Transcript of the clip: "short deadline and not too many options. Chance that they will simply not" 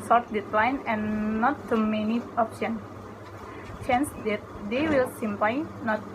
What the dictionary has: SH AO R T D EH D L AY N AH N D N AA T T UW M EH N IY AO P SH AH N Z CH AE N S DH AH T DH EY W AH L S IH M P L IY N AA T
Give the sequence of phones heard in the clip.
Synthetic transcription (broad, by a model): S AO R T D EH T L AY N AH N N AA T T UW M EH N IY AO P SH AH N CH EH N S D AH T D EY W AH L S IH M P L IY N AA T